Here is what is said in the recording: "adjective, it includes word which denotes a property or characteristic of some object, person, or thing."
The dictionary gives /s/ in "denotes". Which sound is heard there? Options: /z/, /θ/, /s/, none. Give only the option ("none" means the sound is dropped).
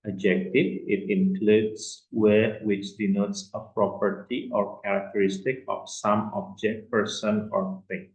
/s/